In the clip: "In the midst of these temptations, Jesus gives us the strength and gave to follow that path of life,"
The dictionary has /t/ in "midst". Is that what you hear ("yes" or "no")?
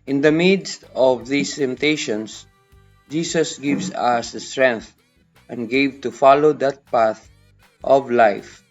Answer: yes